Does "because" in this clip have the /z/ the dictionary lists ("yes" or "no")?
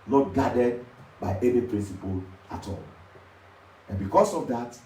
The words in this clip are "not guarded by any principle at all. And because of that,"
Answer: no